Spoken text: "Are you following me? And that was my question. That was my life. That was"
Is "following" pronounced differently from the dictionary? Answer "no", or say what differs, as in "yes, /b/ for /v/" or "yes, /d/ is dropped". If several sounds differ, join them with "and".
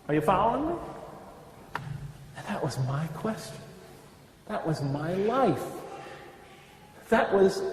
yes, /l/ is dropped